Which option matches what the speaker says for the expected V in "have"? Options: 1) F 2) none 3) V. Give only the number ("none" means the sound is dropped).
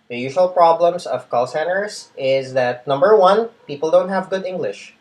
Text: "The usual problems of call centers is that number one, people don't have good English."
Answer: 3